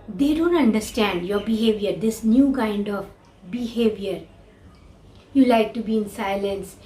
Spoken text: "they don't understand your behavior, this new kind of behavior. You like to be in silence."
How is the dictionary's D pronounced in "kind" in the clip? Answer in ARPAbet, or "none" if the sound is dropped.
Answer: D